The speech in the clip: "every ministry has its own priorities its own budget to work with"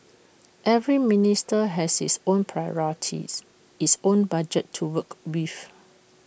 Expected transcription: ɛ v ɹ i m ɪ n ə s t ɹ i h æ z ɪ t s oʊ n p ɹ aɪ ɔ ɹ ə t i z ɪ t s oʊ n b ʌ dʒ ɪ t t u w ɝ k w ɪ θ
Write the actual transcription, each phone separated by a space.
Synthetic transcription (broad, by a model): ɛ v ɹ i m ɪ n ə s t i h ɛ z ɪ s oʊ n p ɹ aɪ ɔ ɹ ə t i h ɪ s oʊ n b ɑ dʒ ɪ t t u w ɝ k w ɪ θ